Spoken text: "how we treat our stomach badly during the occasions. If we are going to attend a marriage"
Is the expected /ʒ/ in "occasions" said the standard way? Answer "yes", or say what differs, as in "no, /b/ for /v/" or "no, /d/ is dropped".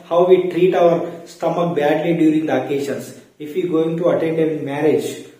no, /ʃ/ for /ʒ/